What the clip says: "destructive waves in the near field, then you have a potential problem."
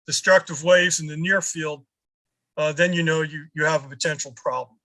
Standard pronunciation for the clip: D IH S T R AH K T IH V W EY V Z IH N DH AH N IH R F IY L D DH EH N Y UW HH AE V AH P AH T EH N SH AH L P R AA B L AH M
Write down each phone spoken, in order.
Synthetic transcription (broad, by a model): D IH S T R AH K T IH V W EY V Z IH N DH AH N IH R F IY L D DH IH N Y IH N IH V AH P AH T EH N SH L P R AA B L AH M